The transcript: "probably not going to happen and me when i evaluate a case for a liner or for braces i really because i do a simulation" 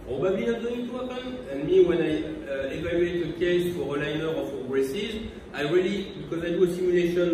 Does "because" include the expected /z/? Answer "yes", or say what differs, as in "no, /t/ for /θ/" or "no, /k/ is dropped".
yes